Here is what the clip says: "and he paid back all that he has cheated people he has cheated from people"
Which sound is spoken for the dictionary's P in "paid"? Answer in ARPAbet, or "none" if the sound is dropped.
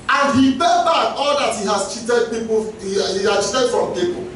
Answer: B